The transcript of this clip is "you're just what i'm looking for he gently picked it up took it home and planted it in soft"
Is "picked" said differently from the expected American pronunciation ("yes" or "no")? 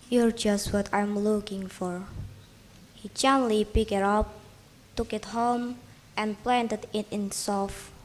yes